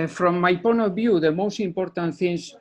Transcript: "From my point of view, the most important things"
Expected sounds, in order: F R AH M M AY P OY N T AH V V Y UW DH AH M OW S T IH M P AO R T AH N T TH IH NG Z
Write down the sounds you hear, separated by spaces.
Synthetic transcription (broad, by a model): F R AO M M AY P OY N AH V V Y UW DH AH M OW S T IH M P AO R T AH N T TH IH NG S